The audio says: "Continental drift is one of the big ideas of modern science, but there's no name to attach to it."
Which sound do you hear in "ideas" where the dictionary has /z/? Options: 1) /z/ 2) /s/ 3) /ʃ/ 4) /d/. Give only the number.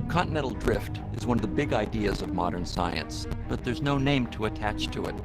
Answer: 1